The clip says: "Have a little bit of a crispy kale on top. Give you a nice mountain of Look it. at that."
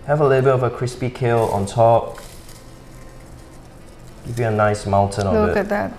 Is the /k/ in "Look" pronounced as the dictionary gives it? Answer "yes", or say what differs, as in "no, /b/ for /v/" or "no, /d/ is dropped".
no, /k/ is dropped